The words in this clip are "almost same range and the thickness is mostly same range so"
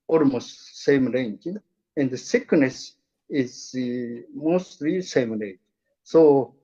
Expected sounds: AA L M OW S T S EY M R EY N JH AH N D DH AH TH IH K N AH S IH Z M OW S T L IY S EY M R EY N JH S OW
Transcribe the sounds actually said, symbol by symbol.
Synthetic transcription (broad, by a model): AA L M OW S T S EY M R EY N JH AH N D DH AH S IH K N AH S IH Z M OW S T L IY S EY M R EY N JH S OW